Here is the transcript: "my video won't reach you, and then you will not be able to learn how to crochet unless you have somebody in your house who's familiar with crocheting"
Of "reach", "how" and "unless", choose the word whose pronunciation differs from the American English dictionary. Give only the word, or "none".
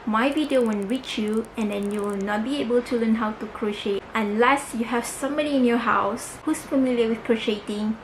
none